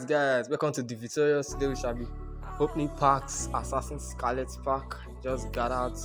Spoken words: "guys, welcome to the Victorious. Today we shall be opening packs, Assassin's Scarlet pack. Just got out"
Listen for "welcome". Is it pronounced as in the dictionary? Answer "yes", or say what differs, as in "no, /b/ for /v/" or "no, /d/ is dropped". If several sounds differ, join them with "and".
no, /l/ is dropped